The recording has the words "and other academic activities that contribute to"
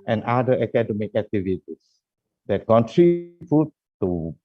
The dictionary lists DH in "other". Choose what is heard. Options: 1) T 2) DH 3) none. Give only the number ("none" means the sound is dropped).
3